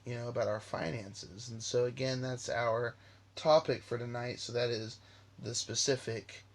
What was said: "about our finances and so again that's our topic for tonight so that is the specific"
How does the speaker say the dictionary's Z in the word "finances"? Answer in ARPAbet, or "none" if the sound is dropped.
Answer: Z